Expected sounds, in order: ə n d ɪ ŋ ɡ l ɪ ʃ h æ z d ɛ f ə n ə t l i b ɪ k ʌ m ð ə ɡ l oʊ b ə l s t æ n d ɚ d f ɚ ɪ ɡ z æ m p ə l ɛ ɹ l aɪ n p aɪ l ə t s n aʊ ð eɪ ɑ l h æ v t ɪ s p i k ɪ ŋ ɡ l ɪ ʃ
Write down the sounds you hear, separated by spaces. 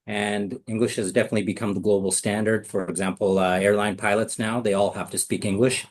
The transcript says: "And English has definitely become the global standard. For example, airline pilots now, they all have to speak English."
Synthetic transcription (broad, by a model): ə n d ɪ ŋ ɡ l ɪ ʃ h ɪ z d ɛ f ə n ə t l i b ɪ k ʌ m ð ə ɡ l oʊ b l s t æ n d ɚ d f ɚ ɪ ɡ z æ m p l ɛ ɹ l aɪ n p aɪ l ə t s n aʊ ð eɪ ɑ l h æ f t ɪ s p i k ɪ ŋ ɡ l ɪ ʃ